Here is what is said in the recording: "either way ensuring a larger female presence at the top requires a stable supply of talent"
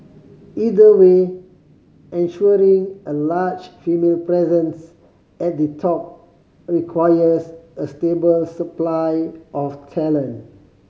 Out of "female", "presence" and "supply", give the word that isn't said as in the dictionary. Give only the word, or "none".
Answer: none